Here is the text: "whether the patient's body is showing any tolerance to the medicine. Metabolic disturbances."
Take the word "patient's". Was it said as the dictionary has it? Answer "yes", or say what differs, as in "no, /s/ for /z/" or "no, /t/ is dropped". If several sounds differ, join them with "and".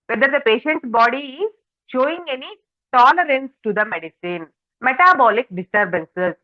no, /s/ is dropped